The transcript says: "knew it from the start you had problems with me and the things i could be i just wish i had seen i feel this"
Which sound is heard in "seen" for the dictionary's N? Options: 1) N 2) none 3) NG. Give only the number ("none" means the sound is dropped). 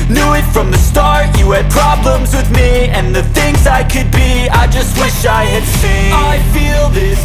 2